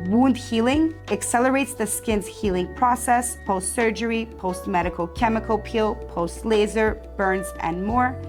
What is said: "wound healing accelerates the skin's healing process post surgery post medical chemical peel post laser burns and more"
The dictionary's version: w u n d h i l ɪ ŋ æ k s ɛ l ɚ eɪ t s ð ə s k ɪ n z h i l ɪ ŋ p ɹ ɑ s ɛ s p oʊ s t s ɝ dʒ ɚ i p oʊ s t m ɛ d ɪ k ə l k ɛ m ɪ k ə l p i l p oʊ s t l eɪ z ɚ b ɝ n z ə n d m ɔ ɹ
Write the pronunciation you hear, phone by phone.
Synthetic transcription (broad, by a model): w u n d h i l ɪ ŋ æ k s ɛ l ɚ eɪ t s ð ə s k ɪ n z h i l ɪ ŋ p ɹ ɑ s ɛ s p oʊ s t s ɝ dʒ ɚ i p oʊ s t m ɛ d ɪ k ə l k ɛ m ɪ k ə l p i l p oʊ s t l eɪ z ɚ b ɝ n z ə n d m ɔ ɹ